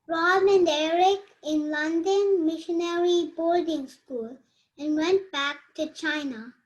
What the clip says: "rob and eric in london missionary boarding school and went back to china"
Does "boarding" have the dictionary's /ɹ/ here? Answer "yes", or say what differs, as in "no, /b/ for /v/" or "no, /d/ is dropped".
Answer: no, /l/ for /ɹ/